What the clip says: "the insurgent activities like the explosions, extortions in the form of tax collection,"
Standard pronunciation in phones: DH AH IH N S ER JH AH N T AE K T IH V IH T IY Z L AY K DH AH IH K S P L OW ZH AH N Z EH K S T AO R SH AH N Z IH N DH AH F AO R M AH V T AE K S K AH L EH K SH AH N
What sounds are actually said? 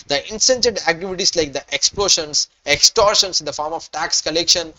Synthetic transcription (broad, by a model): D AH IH N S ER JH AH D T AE K T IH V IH T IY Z L AY K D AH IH K S P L OW SH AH N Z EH K S T AO R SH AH N S IH N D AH F AO R M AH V T AE K S K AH L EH K SH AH N